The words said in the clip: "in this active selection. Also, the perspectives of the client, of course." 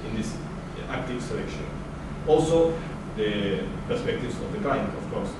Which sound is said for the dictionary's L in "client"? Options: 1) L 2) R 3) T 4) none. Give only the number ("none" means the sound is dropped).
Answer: 4